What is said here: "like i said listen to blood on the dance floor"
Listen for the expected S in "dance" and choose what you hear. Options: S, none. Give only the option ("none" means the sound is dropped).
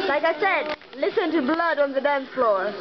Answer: none